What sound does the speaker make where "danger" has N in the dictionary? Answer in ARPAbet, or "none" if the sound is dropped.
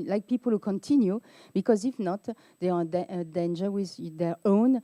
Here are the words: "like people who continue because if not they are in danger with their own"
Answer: N